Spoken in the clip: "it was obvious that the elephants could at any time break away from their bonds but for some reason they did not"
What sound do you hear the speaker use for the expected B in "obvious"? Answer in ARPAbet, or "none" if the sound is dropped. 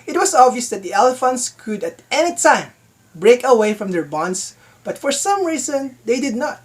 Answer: B